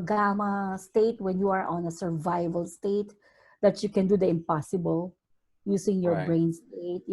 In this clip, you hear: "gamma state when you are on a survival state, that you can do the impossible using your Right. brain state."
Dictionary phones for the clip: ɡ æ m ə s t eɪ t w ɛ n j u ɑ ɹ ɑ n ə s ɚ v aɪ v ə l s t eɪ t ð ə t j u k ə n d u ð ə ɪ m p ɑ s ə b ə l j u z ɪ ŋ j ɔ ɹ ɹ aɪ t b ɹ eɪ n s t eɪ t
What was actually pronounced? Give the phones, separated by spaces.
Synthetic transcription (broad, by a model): ɡ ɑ m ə s t eɪ t w ɛ n j u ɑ ɹ ɑ n ə s ɚ v aɪ v ə l s t eɪ t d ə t j u k ə n d u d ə ɪ m p ɑ s ə b ə l j u s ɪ ŋ j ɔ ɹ ɹ b ɹ eɪ n s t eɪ t